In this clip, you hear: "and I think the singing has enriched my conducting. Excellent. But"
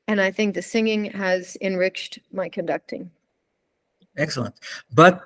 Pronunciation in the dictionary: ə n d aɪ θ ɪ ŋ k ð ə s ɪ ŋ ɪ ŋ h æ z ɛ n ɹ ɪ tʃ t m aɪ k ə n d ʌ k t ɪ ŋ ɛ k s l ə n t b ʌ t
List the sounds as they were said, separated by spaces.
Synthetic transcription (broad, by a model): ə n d aɪ θ ɪ ŋ k ð ə s ɪ ŋ ɪ ŋ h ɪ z ɛ n ɹ ɪ tʃ t m aɪ k ə n d ʌ k t ɪ ŋ ɛ k s l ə n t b ʌ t